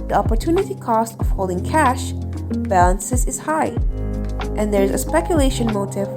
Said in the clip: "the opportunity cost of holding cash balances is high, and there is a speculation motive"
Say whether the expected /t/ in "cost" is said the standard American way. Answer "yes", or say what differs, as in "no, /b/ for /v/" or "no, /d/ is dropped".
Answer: yes